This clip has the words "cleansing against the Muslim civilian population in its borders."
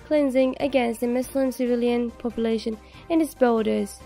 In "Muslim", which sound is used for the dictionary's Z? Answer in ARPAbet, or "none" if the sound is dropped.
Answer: S